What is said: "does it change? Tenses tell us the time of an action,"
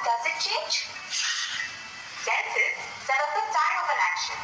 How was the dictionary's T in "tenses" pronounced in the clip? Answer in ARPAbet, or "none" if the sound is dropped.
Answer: S